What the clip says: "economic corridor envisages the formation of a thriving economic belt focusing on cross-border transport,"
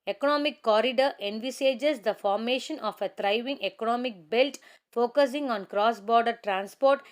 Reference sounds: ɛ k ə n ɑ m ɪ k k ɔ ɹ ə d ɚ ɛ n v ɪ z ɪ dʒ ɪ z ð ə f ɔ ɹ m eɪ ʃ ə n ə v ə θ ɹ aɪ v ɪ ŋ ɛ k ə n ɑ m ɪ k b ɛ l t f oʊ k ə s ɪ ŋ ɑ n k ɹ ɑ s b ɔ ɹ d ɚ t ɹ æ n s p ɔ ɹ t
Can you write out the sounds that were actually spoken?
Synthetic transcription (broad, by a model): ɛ k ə n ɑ m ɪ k k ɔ ɹ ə d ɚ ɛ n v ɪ s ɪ dʒ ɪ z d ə f ɔ ɹ m eɪ ʃ ə n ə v ə t ɹ aɪ v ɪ ŋ ɛ k ə n ɑ m ɪ k b ɛ l t f oʊ k ə s ɪ ŋ ɑ n k ɹ ɑ s b ɔ ɹ d ɚ t ɹ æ n s p ɔ ɹ t